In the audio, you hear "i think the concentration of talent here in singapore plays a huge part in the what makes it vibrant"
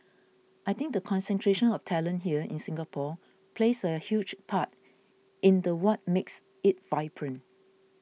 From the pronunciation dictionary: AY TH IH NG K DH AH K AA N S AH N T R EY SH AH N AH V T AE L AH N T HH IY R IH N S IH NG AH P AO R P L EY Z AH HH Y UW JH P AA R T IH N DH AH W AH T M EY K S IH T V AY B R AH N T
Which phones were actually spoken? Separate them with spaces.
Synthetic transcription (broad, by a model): AY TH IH NG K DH AH K AA N S AH N T R EY SH AH N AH F T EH L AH N HH IY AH IH N S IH NG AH P AO P L EY S AH HH Y UW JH P AA T IH N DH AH W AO T M EY K S IH T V AY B R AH N